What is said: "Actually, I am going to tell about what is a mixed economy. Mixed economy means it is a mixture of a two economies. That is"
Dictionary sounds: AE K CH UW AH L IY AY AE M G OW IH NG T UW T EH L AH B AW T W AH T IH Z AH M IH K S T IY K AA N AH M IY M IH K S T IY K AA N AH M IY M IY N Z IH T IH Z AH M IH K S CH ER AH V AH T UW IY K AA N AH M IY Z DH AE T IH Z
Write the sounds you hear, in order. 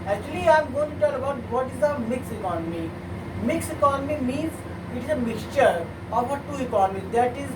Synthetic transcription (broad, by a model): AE K CH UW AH L IY AY M G OW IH T UW T EH L AH B AW T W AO T IH Z AH M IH K S IY K AA N AH M IY M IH K S IY K AA N AH M IY M IY N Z IH T IH Z AH M IH K S CH ER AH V AH T UW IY K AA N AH M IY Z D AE T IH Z